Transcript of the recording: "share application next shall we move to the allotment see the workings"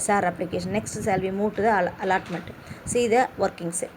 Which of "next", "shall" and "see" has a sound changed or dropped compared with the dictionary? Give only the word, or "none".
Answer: shall